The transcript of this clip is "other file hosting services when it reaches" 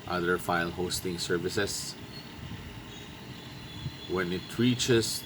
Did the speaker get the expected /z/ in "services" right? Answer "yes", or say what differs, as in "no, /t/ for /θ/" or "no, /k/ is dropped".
no, /s/ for /z/